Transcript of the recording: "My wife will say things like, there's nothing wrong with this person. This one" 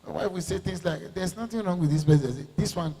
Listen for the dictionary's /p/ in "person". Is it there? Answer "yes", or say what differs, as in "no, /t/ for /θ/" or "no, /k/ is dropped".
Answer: no, /b/ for /p/